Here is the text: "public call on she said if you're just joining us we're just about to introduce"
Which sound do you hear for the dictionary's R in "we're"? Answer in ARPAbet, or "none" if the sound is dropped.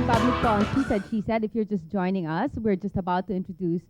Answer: R